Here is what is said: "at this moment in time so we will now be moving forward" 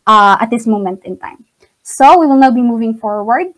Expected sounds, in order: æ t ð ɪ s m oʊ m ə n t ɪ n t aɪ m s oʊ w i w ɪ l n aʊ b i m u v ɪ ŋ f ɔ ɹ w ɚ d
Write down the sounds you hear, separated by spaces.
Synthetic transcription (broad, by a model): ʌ t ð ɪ s m oʊ m ə n t ɪ n t aɪ m s oʊ w i w ɪ l n aʊ b i m u v ɪ ŋ f ɔ ɹ w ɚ d